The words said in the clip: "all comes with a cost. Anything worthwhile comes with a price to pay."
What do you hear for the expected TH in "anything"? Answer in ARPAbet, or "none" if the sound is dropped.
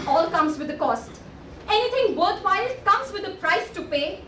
T